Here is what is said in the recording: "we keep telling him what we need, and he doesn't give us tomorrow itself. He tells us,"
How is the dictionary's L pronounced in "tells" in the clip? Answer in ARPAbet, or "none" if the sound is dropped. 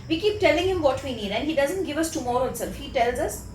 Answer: L